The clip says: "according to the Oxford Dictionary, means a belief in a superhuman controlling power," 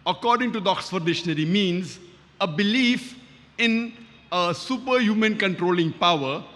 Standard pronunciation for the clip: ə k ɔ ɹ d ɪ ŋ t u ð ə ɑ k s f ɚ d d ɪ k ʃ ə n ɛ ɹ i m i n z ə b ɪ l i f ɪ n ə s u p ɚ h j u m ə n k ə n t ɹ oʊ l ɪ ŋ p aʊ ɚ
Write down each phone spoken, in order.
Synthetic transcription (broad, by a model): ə k ɔ ɹ d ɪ ŋ t u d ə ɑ k s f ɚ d d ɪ ʃ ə n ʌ ɹ i m i n z ə b ɪ l i f ɪ n ə s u p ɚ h j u m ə n k ə n t ɹ oʊ l ɪ ŋ p aʊ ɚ